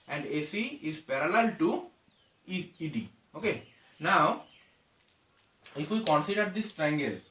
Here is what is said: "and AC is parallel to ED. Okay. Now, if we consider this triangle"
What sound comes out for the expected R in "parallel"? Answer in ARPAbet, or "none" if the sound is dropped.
R